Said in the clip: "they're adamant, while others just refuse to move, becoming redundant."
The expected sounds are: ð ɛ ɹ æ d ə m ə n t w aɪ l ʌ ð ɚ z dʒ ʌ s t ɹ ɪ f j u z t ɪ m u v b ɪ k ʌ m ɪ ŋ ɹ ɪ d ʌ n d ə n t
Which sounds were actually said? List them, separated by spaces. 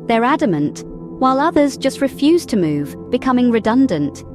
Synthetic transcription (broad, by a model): ð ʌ ɹ æ d ə m ə n t w aɪ l ʌ ð ɚ z dʒ ʌ s t ɹ ɪ f j u z t ɪ m u v b ɪ k ʌ m ɪ ŋ ɹ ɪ d ʌ n d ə n t